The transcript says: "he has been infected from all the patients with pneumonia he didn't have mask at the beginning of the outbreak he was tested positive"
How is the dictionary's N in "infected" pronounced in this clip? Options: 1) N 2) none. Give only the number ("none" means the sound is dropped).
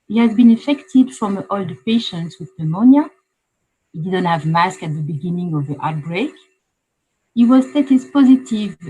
2